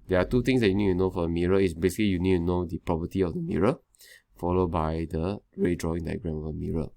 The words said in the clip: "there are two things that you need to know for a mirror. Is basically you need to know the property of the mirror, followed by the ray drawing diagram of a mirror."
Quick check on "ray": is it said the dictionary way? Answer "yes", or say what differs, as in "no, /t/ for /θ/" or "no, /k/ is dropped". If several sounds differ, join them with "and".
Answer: yes